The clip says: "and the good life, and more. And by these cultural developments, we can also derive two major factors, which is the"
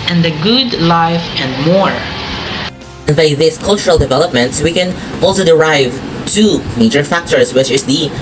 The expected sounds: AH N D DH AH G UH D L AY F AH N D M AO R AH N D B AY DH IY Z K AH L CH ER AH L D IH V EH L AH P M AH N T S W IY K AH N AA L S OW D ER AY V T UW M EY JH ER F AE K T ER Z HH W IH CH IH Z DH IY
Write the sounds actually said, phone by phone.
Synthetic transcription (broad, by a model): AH N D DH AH G UH D L AY F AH N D M AO R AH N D B AY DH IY S K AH L CH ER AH L D IH V EH L AH P M AH N T S W IY K AH N AA L S OW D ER AY V T UW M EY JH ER F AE K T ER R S W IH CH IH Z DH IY